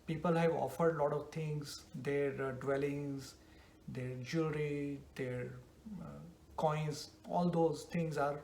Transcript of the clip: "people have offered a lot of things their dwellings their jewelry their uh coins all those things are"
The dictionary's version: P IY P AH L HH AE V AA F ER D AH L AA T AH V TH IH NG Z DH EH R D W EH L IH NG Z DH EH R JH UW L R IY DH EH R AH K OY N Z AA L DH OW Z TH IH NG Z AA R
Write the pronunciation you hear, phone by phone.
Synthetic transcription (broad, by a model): P IY P AH L HH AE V AA F ER D L AA T AH V T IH NG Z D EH R D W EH L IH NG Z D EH R JH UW R IY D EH R K OY N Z AA L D OW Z T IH NG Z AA R